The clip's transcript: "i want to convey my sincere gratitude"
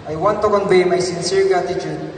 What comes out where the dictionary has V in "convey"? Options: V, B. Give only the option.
B